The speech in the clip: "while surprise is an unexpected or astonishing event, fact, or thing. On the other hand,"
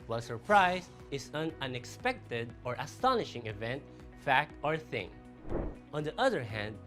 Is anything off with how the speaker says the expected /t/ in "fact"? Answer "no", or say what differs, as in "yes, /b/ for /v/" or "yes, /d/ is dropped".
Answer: no